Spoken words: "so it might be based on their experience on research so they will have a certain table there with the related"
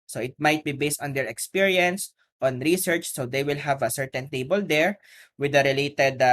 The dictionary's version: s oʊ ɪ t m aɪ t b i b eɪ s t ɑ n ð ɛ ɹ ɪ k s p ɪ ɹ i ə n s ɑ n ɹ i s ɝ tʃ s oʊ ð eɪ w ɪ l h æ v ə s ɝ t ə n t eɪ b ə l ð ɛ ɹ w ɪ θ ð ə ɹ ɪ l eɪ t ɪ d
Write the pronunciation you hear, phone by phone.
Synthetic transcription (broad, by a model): s oʊ ɪ t m aɪ t b i b eɪ s t ɑ n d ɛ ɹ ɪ k s p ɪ ɹ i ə n s ɑ n ɹ i s ɝ tʃ s oʊ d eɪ w ɪ l h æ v ə s ɝ t ə n t eɪ b ə l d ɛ ɹ w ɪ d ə ɹ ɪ l eɪ t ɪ d